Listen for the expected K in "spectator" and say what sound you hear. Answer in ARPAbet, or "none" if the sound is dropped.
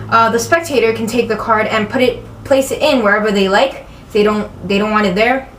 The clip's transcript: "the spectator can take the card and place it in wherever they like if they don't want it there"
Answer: K